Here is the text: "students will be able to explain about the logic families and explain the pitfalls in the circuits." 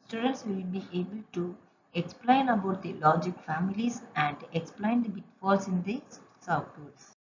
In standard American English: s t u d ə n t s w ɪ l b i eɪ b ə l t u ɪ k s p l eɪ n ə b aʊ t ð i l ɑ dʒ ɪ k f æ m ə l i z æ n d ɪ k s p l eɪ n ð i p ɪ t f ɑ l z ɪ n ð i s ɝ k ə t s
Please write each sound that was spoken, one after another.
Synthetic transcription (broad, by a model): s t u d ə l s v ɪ l b i eɪ b ə l t u ɪ k s p l eɪ n ə b aʊ t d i l ɑ dʒ ɪ k f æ m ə l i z æ n d ɪ k s p l eɪ n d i b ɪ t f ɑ l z ɪ n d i s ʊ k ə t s